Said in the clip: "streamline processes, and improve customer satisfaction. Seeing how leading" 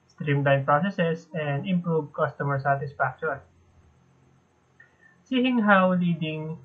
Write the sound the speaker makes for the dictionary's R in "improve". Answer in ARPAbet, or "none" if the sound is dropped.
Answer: R